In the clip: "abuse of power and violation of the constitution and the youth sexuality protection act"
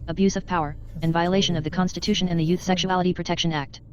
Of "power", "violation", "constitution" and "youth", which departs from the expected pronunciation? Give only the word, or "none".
none